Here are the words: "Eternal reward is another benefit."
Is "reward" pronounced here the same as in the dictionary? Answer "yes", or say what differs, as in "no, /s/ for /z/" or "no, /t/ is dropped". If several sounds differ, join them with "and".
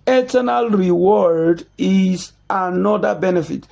yes